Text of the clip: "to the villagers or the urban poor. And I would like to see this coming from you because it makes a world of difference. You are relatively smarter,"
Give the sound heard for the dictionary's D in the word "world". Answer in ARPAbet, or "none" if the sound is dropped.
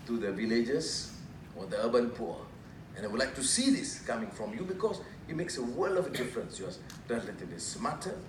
none